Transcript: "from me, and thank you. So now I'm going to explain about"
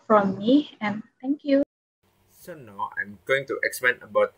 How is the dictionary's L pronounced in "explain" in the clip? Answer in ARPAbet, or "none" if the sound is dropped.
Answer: none